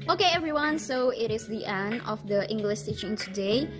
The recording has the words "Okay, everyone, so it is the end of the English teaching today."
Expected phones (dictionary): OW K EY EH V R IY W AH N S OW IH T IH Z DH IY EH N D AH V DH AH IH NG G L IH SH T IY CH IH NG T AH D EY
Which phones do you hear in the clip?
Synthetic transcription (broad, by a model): OW K EY EH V R IY W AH N S OW IH T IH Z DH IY EH N D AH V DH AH IH NG G L IH SH S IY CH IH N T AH D EY